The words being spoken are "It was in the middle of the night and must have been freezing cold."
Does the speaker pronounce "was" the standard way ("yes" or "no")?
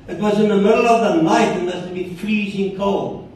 yes